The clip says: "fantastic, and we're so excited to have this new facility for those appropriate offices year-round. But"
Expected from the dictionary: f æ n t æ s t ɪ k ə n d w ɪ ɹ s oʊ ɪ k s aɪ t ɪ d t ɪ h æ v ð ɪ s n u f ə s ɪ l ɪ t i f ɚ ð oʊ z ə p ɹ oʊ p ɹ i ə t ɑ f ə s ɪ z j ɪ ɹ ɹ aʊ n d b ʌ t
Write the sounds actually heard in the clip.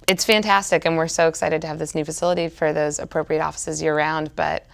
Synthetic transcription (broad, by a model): f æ n t æ s t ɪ k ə n w ɪ ɹ s oʊ ɪ k s aɪ t ɪ d t ɪ v ð ɪ s n u f ə s ɪ l ɪ t i f ɚ ð oʊ z ə p ɹ oʊ p ɹ i ə t ɑ f ə s ɪ z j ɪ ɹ ɹ aʊ n d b ʌ t